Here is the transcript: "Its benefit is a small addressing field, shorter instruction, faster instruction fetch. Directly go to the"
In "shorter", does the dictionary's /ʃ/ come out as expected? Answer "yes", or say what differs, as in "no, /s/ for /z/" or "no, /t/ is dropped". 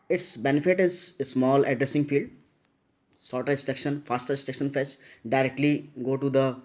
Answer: no, /s/ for /ʃ/